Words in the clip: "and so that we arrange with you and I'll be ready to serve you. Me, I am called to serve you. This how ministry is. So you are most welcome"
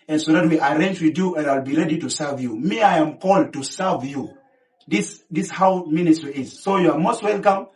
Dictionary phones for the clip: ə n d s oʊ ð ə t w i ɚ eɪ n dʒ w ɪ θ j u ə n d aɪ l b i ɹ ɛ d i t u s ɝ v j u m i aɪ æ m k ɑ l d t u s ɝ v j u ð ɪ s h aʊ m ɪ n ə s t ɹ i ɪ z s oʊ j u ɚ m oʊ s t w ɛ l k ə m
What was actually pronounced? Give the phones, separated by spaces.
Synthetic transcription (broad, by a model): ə n s oʊ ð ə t w i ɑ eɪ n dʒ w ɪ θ j u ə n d aɪ l b i ɹ ɛ d i t u s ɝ v j u m i aɪ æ m k ɑ l d t u s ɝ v j u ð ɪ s h aʊ m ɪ n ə s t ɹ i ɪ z s oʊ j u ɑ m oʊ s t w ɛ l k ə m